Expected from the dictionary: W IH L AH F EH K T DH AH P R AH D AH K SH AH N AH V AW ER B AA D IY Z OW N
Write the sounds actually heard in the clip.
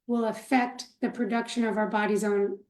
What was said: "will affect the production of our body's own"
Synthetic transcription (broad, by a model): W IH L AH F EH K T DH AH P R AH D AH K SH AH N AH V AW ER B AA D IY Z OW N